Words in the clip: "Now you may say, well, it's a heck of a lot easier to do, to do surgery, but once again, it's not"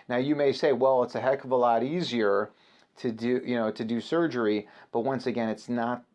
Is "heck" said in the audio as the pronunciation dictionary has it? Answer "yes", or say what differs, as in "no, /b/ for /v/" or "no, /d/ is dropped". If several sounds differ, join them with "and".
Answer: yes